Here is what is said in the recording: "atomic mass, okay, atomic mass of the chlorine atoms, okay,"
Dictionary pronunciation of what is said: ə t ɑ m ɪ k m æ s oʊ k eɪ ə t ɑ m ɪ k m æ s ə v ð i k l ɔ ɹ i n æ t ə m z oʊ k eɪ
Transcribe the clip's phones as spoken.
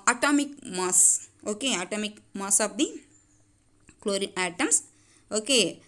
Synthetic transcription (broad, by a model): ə t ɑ m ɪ k m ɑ s oʊ k eɪ ə t ɑ m ɪ k m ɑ s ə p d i k l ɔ ɹ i æ t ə m s oʊ k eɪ